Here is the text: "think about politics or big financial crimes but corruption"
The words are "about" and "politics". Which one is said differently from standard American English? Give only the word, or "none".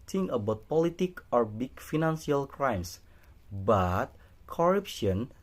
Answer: politics